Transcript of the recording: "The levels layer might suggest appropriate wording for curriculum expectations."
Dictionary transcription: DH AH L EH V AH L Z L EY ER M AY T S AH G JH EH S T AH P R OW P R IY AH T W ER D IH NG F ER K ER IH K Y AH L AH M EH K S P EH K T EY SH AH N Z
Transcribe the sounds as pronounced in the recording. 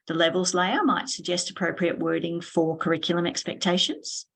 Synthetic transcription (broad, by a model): DH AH L EH V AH L Z L EY ER M AY T S AH G JH EH S T AH P R OW P R IY AH T W ER D IH NG F ER K ER IH K Y L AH M EH K S P EH K T EY SH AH N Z